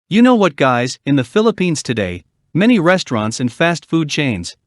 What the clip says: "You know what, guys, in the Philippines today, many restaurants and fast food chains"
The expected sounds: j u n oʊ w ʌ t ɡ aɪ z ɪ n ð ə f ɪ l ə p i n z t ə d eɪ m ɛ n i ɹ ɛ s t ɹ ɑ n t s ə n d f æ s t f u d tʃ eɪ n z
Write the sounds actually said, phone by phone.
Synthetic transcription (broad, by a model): j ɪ n oʊ w ʌ t ɡ aɪ z ɪ n ð ə f ɪ l ə p i n z t ə d eɪ m ɛ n i ɹ ɛ s t ɹ ɑ n t s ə n f æ s t f u d tʃ eɪ n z